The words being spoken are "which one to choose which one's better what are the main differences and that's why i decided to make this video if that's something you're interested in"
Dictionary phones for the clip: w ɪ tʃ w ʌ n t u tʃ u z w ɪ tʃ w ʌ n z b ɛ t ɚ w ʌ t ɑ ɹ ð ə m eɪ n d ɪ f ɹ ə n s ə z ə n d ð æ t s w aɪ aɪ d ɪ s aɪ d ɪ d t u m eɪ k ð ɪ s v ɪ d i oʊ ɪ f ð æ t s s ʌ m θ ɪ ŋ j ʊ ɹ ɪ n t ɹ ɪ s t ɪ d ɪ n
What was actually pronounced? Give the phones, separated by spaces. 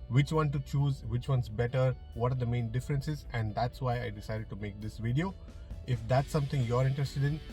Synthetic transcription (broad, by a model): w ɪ tʃ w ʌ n t u tʃ u z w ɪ tʃ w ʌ n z b ɛ t ɚ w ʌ t ɑ ɹ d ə m eɪ n d ɪ f ɹ ə n s ə z ə n d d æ t s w aɪ aɪ d ɪ s aɪ d ɪ d t u m eɪ k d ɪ s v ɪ d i oʊ ɪ f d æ t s s ʌ m t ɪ ŋ j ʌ ɹ ɪ n t ɹ ɪ s t ɪ d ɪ n